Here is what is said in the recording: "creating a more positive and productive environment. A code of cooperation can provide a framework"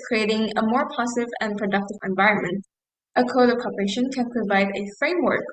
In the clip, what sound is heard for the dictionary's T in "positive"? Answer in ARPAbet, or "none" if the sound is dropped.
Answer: S